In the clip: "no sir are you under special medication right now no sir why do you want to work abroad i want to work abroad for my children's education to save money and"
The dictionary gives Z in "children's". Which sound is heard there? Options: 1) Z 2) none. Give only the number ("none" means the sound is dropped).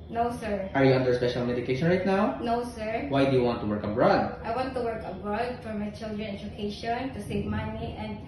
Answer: 2